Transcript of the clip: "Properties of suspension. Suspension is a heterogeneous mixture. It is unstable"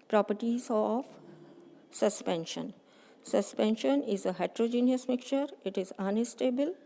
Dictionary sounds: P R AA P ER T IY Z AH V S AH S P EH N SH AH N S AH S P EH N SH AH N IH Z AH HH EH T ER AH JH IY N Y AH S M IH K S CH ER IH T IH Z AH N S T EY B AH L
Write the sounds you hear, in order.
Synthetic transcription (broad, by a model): P R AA P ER T IY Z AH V S AH S P EH N SH AH N S AH S P EH N SH AH N IH Z AH HH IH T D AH JH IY N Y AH S M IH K CH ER IH T IH Z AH N S T EY B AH L